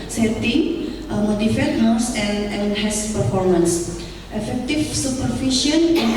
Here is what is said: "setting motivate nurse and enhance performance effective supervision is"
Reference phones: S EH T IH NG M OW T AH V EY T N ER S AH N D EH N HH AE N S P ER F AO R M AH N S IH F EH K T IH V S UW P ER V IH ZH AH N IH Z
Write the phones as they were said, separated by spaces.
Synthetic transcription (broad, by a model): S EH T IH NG M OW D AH F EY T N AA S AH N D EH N HH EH S P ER F AO R M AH N S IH F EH K T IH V S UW P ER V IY SH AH N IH